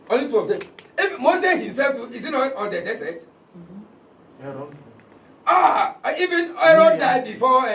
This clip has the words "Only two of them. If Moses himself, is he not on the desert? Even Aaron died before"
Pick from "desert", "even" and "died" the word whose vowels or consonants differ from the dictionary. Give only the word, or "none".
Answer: desert